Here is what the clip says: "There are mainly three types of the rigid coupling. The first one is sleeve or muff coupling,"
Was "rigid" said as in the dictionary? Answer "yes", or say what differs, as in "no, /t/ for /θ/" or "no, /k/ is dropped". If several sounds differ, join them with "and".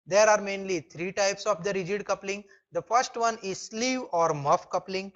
yes